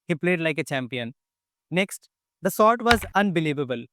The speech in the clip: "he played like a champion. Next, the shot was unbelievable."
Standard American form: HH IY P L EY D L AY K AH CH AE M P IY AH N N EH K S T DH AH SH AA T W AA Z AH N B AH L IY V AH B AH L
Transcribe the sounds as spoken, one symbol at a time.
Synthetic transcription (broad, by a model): HH IY P L EY D L AY K AH CH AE M P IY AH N N EH K S T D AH S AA T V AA Z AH N B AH L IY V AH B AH L